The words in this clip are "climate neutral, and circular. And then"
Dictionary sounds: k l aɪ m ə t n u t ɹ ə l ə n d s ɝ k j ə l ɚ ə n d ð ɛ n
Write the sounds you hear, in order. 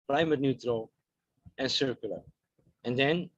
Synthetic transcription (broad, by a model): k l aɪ m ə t n u t ɹ ə l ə n s ɝ k j ə l ɚ ə n d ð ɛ n